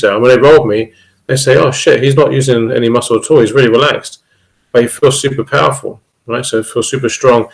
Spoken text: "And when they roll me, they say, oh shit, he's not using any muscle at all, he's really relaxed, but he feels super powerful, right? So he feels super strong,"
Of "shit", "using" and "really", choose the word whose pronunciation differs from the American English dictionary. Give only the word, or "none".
none